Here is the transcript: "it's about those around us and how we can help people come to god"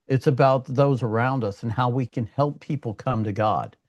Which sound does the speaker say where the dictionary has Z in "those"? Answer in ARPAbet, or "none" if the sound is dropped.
Z